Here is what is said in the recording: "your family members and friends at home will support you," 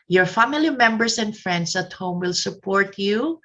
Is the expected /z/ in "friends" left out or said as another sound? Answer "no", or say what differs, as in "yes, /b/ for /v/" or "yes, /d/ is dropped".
yes, /s/ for /z/